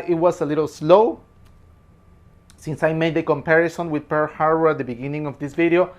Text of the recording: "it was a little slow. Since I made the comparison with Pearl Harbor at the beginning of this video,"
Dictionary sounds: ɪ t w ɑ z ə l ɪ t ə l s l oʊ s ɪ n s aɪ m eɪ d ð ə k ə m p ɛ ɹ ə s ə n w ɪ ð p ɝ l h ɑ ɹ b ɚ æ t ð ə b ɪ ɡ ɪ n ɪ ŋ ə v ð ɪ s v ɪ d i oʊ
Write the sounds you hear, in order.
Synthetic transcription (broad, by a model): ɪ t w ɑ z ə l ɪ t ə l s l oʊ s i n s aɪ m eɪ d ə k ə m p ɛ ɹ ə s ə n w ɪ ð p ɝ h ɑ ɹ ɚ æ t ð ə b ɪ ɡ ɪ n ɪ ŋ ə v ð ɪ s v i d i oʊ